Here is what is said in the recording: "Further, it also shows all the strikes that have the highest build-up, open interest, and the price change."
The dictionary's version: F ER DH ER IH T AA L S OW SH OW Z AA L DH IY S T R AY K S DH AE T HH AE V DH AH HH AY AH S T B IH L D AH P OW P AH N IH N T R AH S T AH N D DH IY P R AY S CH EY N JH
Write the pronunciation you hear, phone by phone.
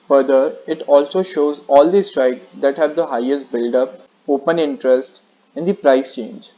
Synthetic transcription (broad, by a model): F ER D ER IH T AA L S OW SH OW Z AA L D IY S T R AY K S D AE T HH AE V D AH HH AY AH S T B IH L D AH P OW P AH N IH N T R AH S T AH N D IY P R AY S CH EY N JH